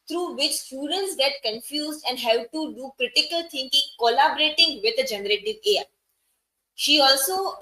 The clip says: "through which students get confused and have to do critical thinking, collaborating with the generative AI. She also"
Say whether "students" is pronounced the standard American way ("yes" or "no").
yes